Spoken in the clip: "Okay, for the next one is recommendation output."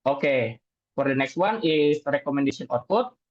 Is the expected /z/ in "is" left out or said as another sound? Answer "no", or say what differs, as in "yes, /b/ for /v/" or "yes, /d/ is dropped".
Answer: yes, /s/ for /z/